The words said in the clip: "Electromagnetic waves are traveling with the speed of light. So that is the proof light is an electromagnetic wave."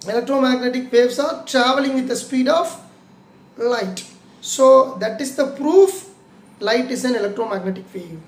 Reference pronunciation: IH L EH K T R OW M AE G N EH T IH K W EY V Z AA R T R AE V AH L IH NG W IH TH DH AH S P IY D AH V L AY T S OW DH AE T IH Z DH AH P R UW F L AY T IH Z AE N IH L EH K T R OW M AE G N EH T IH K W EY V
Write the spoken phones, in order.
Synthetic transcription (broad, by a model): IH L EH K T R OW M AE G N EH T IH K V EY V S AA R T R AE V AH L IH NG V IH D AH S P IY D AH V L AY T S OW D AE T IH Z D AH P R UW F L AY T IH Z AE N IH L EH K T R OW M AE G N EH T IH K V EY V